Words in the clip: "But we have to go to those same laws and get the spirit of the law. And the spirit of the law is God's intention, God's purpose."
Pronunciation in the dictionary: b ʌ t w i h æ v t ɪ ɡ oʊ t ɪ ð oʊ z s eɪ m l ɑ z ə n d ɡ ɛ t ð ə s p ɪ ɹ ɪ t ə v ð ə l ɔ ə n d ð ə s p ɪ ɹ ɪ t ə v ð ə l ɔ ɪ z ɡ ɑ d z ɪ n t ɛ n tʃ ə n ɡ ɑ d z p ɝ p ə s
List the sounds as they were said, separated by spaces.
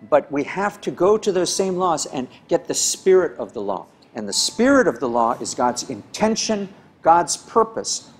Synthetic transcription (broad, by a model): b ʌ t w i h æ f t ɪ ɡ oʊ t ɪ ð oʊ z s eɪ m l ɑ z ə n ɡ ɛ t ð ə s p ɪ ɹ ɪ t ə v ð ə l ɔ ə n ð ə s p ɪ ɹ ɪ t ə v ð ə l ɔ ɪ z ɡ ɑ d z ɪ n t ɛ n ʃ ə n ɡ ɑ d z p ɝ p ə s